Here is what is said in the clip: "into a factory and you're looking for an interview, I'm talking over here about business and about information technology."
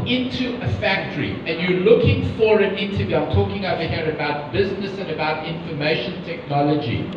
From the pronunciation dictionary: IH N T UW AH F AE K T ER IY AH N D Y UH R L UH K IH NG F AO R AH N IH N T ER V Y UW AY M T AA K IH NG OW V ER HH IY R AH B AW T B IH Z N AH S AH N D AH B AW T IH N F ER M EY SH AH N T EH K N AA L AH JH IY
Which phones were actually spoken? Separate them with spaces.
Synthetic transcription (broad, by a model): IH N T UW AH F AE K T ER IY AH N Y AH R L UH K IH NG F AO R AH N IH N T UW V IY AY M T AA K IH NG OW V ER HH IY R AH B AW T B IH Z N AH S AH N AH B AW T IH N F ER M EY SH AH N T EH K N AA L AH JH IY